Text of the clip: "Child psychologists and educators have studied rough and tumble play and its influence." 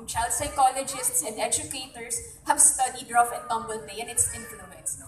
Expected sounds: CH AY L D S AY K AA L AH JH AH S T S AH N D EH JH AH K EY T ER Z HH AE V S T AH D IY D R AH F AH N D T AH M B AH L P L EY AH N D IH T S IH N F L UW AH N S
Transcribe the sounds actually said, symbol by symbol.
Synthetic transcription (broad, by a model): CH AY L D S AY K AA L AH JH AH S T S AH N D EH JH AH K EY T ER S HH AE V S T AH D IY D R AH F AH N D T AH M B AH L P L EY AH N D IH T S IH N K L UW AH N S